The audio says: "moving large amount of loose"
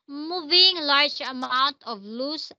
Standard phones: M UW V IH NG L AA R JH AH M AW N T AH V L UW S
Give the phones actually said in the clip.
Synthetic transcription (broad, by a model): M UW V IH NG L AA R JH AH M AW N T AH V L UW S